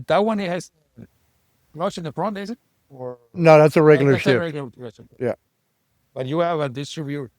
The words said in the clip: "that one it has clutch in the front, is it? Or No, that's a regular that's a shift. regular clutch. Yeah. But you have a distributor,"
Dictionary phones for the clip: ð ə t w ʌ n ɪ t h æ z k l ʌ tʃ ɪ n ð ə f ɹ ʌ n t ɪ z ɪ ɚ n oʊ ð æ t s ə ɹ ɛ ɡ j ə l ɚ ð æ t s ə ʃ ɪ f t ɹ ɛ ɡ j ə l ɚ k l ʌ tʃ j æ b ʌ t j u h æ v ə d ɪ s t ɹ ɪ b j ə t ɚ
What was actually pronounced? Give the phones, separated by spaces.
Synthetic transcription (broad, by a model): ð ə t w ʌ n ɪ t h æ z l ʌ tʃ ɪ n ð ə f ɹ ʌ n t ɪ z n ɚ n oʊ ð æ t s ə ɹ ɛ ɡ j l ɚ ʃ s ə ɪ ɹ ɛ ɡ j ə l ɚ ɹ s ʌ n j æ b ʌ t j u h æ v ə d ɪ s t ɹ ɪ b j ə